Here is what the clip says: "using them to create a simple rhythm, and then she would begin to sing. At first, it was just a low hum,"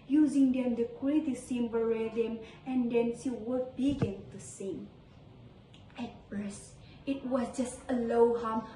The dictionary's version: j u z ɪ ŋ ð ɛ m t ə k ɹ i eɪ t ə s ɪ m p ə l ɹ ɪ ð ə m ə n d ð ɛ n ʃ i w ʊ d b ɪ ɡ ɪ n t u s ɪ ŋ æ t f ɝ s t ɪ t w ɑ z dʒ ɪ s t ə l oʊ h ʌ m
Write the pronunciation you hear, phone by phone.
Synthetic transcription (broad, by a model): j u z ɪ ŋ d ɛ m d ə k w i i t ə s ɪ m b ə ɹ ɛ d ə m ə n d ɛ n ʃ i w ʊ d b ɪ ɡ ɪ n t u s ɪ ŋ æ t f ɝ s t ɪ t w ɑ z dʒ ɪ s t ə l oʊ h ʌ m